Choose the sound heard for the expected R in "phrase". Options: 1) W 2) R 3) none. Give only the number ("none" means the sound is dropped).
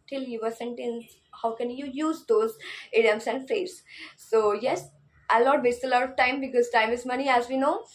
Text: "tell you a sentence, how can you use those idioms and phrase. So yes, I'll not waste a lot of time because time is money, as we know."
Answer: 3